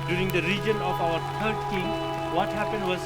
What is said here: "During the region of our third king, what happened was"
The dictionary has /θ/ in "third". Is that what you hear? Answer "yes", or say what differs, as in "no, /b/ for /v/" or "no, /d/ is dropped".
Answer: no, /t/ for /θ/